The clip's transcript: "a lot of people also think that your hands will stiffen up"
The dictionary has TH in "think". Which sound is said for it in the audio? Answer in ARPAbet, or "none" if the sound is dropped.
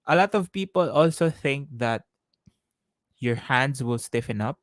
TH